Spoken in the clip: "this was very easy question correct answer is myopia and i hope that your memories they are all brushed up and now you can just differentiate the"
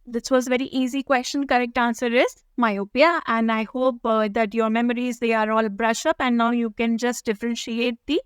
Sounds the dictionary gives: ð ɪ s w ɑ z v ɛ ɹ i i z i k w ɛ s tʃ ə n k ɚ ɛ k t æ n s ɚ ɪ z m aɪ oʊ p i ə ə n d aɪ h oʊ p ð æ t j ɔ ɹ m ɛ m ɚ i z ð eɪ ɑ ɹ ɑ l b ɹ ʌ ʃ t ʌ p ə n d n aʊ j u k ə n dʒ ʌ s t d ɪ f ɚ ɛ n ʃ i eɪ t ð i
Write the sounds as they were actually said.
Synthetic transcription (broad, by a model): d ɪ s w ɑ z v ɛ ɹ i i z i k w ɛ s tʃ ə n k ɚ ɛ k t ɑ n s ɚ ɪ z m aɪ oʊ p i ə ə n d aɪ h oʊ p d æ t j ɔ ɹ m ɛ m ɚ i z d eɪ ɑ ɹ ɑ l b ɹ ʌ ʃ ʌ p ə n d n aʊ j u k ə n dʒ ʌ s t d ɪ f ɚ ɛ n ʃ i eɪ t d i